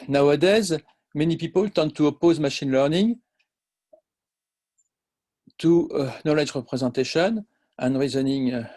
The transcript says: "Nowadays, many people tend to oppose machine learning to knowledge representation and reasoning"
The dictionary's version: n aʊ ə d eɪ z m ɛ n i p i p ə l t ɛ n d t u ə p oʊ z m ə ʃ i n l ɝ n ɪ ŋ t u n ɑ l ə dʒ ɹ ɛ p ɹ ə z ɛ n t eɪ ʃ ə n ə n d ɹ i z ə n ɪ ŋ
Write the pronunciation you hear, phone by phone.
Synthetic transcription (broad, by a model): n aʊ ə d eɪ z m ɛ n i p i p ə l t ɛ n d t u ə p oʊ z m ə ʃ i n l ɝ n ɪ ŋ t u n ɑ l ə dʒ ɹ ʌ p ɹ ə z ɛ t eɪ ʃ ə n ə n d ɹ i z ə n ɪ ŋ